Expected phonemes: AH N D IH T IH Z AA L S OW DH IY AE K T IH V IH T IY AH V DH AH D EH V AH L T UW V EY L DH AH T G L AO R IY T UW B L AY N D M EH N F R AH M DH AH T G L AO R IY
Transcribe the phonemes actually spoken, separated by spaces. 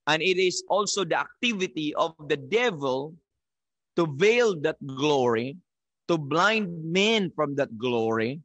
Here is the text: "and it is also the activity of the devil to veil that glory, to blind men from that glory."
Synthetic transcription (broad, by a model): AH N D IH T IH S AA L S OW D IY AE K T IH V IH T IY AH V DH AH D EH V AH L T UW V EY L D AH T G L AO R IY T UW B L AY N D M EH N F R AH M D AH T G L AO R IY